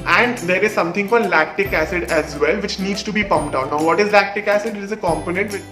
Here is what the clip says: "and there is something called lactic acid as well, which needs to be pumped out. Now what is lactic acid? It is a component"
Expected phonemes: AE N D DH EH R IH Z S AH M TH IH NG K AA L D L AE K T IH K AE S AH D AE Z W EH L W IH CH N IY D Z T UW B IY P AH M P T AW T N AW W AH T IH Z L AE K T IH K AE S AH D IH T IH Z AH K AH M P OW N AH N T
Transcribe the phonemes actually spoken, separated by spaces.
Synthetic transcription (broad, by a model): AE N D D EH R IH Z S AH M T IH NG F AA D L AE K T IH K AE S AH D AE Z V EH L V IH CH N IY D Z T UW B IY P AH M P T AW N AW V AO T IH Z L AE K T IH K AE S AH D IH T IH Z AH K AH M P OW N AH N T